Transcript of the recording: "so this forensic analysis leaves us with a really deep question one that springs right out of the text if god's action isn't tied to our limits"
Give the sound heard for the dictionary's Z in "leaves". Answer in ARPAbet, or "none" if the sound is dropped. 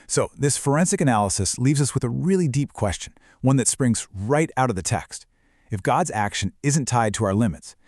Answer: Z